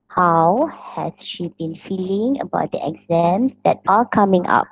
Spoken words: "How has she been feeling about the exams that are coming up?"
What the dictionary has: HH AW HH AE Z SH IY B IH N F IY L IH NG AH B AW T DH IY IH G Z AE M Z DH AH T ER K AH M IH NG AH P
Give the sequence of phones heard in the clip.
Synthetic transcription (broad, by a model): HH AW HH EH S SH IY B IH N F IY L IH NG AH B AW T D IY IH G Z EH M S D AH T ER K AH M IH NG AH P